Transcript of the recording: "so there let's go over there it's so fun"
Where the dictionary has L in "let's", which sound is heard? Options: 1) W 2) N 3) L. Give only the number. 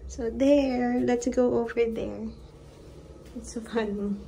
3